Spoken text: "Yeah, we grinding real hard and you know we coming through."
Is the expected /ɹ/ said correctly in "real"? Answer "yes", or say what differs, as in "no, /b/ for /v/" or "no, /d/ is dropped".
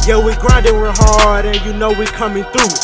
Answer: no, /w/ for /ɹ/